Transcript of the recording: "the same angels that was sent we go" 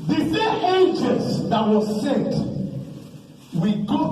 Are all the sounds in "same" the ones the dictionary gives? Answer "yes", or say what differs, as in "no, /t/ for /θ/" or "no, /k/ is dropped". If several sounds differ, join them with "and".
no, /θ/ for /s/ and /m/ is dropped